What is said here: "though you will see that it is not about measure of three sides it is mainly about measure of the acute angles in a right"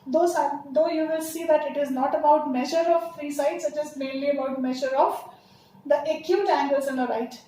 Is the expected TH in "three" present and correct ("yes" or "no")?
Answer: no